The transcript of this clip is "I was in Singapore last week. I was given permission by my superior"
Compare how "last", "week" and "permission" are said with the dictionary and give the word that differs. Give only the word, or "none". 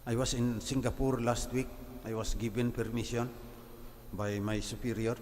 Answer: permission